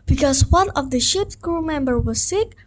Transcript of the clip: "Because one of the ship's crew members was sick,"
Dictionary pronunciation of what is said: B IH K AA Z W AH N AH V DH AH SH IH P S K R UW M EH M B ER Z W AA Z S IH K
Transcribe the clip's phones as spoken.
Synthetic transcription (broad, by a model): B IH K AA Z W AH N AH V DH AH SH IH P S K R UW M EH M B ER W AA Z S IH K